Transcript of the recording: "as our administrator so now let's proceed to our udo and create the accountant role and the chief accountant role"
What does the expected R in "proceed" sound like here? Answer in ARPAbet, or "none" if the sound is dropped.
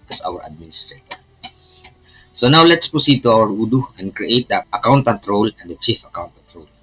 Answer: none